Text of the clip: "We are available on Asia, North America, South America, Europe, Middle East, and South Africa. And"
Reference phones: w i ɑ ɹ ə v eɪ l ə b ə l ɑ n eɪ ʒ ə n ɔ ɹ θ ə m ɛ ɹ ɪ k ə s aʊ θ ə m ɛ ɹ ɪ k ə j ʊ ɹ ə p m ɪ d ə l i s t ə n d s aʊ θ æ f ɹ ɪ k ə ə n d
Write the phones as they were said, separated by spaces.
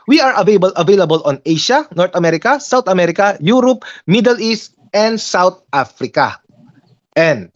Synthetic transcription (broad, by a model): w i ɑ ɹ ə v eɪ l ə b ə l ɑ n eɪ ʃ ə n ɔ ɹ t ə m ɛ ɹ ɪ k ə s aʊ t ə m ɛ ɹ ɪ k ə j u ɹ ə p m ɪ d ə l i s t ə n d s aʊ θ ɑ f ɹ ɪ k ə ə n d